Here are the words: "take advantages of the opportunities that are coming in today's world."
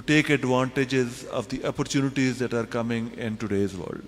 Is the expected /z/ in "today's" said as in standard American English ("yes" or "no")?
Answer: yes